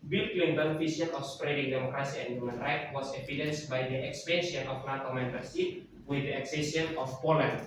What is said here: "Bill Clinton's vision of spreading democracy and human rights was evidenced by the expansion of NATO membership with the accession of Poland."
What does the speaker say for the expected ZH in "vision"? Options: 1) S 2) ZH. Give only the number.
1